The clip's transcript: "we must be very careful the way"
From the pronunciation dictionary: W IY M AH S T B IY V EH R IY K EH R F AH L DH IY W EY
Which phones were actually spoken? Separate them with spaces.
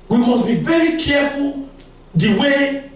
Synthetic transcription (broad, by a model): W IY M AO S B IY V EH R IY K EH F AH L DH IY W EY